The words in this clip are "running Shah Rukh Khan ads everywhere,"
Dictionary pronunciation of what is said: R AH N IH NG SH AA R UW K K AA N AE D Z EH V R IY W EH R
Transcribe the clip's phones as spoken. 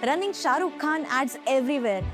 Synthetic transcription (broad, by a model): R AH N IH NG SH AA R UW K K AA N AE D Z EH V R IY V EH R